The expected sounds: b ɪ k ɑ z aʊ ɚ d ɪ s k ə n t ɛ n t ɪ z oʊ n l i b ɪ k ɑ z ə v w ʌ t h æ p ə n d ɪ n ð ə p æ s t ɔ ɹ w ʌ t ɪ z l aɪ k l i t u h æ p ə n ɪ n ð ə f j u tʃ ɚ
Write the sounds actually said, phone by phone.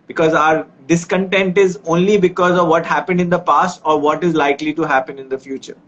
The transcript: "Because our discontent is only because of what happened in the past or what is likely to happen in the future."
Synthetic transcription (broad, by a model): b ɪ k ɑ z aʊ ɚ d ɪ s k ə n t ɛ n t ɪ z oʊ n l i b ɪ k ɑ z ə v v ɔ t h æ p ə n d ɪ n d ə p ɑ s t ɔ ɹ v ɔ t ɪ z l aɪ k l i t u h æ p ə n ɪ n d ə f j u tʃ ɚ